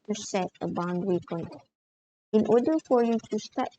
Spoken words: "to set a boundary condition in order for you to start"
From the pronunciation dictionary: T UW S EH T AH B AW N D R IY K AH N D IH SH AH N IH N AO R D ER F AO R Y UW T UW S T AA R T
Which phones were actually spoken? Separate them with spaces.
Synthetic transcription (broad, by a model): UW S EH T AH B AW N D W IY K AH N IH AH N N AO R D ER F AO R Y UW T UW S T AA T